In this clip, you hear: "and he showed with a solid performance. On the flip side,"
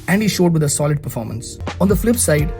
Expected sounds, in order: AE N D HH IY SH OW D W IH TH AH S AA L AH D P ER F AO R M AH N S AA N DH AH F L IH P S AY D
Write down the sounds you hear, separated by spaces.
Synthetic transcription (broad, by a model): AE N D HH IY SH OW D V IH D AH S AA L AH D P ER F AO R M AH N S AA N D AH F L IH P S AY D